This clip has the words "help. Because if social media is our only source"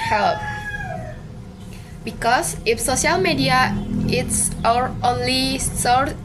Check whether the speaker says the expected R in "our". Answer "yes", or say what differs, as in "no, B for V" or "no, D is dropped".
yes